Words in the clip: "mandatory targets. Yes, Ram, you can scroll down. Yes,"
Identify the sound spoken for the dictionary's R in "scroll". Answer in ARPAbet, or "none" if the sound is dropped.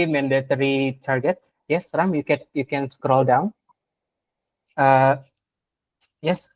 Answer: R